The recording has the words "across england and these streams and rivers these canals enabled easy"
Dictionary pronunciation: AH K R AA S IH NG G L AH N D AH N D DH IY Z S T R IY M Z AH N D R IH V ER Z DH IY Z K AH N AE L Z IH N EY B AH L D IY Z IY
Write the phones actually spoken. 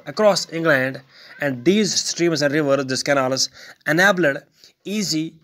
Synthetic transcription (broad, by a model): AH K R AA S IH NG G L AH N D AH N D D IY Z S T R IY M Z AH N D R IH V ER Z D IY S K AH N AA L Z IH N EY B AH D IY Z IY